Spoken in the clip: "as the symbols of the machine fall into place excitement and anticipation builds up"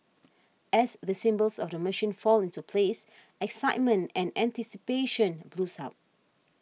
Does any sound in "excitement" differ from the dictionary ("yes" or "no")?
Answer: no